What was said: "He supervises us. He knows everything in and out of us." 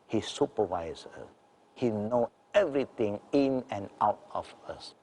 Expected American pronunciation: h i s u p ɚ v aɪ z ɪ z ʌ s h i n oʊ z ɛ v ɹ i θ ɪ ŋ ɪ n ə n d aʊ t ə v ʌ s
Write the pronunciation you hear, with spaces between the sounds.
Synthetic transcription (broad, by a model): h i s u p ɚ v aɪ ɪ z ʌ s h i n oʊ ɛ v ɹ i t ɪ ŋ ɪ n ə n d aʊ t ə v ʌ s